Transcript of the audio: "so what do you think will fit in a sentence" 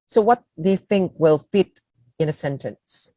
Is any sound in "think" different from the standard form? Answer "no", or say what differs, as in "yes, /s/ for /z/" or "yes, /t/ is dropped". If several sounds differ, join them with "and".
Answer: no